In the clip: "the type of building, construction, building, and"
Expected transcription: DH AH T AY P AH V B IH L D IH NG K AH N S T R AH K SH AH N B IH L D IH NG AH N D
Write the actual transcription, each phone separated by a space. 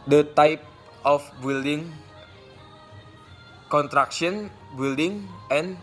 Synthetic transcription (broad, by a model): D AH T AY P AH F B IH L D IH NG K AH N T R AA K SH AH N B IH L D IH NG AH N